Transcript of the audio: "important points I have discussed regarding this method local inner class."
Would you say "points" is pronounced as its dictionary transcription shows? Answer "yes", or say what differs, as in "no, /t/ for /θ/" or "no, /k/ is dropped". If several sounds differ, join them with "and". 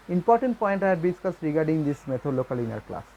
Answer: no, /s/ is dropped